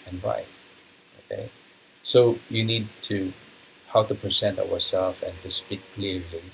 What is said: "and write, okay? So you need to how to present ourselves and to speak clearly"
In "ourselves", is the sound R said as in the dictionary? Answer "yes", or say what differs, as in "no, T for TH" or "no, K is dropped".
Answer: no, W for R